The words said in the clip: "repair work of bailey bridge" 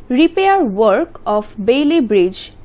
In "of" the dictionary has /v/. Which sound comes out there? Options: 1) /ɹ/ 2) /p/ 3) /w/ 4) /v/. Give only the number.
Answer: 2